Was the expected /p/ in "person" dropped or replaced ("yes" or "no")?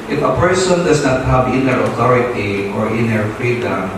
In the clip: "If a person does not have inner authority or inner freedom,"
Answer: no